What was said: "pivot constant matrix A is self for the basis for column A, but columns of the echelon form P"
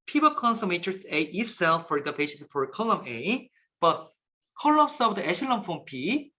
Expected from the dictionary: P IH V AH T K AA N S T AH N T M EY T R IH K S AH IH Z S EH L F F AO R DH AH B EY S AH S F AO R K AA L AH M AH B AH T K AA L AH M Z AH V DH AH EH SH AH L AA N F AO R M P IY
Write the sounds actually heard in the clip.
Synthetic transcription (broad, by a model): P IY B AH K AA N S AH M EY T IH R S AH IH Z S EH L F F AO R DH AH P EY SH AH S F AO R K AA L AH M AH B AH T K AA L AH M S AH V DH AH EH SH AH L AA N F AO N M P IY